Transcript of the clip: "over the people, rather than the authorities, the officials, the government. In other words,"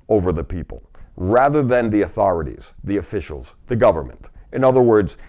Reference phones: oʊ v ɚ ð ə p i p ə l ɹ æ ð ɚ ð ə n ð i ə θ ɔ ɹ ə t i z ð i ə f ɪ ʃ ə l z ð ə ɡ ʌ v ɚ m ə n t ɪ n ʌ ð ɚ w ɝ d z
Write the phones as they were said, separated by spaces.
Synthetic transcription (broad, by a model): oʊ v ɚ ð ə p i p ə l ɹ æ ð ɚ ð ə n ð i ə θ ɔ ɹ ə t i z ð i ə f ɪ ʃ l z ð ə ɡ ʌ v ɚ m ə n t ɪ n ʌ ð ɚ w ɝ d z